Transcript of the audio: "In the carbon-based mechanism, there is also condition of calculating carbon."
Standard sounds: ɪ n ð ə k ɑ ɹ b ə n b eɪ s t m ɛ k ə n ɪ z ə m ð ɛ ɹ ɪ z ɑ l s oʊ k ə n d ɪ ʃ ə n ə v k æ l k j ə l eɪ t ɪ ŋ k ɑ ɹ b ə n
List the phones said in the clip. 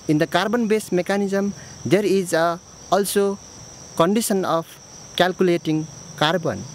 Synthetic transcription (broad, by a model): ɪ n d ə k ɑ ɹ b ə n b eɪ s m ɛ k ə n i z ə m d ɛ ɹ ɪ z ɑ l s oʊ k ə n d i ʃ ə n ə p k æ l k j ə l eɪ t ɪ ŋ k ɑ ɹ b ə n